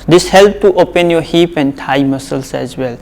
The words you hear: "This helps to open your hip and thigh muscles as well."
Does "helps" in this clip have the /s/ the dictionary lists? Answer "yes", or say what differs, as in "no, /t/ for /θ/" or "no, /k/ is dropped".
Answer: no, /s/ is dropped